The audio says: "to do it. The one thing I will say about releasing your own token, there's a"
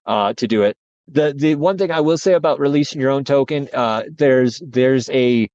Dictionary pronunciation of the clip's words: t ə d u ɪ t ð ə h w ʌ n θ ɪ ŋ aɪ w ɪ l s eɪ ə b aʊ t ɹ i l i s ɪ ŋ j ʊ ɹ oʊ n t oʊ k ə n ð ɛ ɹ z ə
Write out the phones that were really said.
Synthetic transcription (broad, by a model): t ə d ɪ ɪ t ð ə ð w ʌ n θ ɪ ŋ aɪ w ɪ l s eɪ ə b aʊ t ɹ i l i s ɪ ŋ j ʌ ɹ oʊ n t oʊ k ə n ð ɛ ɹ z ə